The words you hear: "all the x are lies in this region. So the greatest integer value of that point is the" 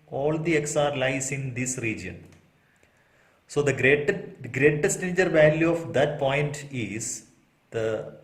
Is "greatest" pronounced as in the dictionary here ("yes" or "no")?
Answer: no